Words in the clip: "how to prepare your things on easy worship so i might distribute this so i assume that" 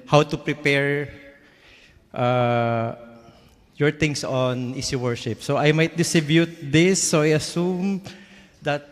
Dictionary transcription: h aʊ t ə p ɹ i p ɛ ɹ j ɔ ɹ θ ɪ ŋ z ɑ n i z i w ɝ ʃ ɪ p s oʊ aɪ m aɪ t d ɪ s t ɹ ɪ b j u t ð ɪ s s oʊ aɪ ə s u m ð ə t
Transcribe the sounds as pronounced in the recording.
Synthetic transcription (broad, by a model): h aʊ t ə p ɹ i p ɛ ɹ j ɔ ɹ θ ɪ ŋ s ɑ n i s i w ɝ ʃ ɪ p s oʊ aɪ m aɪ t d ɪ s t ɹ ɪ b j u t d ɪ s s oʊ aɪ ə s u m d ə t